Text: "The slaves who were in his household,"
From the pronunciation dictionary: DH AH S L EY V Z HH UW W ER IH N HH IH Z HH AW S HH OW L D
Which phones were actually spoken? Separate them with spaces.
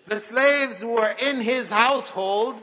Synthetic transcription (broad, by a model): DH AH S L EY V Z W ER IH N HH IH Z HH AW S HH OW L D